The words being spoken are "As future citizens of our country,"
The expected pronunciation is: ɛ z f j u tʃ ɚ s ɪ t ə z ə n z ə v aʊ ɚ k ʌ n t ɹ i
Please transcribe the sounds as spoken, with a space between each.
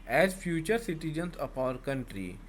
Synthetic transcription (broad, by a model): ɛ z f j u tʃ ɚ s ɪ t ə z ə n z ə p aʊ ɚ k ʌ n t ɹ i